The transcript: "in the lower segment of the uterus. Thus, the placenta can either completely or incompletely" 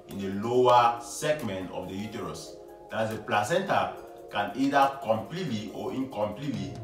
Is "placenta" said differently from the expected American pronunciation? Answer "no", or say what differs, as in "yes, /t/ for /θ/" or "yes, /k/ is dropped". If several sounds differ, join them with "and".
no